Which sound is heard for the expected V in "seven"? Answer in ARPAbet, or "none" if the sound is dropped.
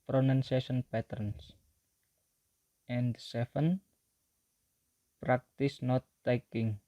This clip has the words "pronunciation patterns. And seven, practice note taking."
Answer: F